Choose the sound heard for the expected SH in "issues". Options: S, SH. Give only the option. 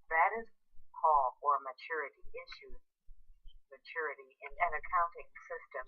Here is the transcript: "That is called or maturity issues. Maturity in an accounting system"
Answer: SH